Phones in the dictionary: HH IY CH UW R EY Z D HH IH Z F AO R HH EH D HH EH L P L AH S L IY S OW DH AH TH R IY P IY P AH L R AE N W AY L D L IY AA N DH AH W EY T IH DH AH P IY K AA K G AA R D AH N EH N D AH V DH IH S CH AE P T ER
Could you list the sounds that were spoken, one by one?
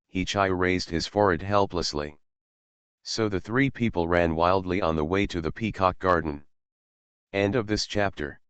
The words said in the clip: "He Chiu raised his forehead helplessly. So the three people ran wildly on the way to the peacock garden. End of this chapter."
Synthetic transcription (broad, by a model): HH IY CH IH R EY Z D HH IH Z F AO R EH D HH EH L P L AH S L IY S OW DH AH TH R IY P IY P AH L R AE N W AY L D L IY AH N DH AH W EY T IH DH AH P IY K AA K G AA R D N EH N D AH V DH IH S CH AE P T ER